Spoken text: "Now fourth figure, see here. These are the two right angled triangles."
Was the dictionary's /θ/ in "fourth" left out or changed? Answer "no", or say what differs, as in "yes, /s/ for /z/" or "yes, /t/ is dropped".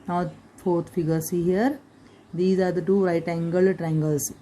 yes, /t/ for /θ/